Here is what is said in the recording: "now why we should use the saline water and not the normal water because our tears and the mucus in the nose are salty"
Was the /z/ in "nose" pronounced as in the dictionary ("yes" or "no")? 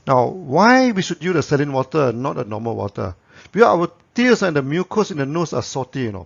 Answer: no